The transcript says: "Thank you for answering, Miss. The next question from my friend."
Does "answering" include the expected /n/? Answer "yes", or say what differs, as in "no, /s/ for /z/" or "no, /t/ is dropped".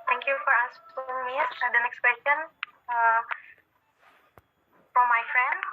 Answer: no, /n/ is dropped